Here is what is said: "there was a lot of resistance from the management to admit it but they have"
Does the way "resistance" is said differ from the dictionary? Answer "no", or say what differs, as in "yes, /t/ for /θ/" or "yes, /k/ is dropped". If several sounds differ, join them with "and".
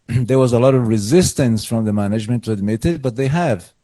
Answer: no